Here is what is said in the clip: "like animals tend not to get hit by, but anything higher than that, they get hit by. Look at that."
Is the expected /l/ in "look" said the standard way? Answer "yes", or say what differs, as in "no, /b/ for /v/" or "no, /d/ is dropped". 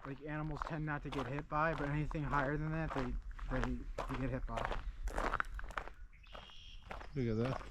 no, /w/ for /l/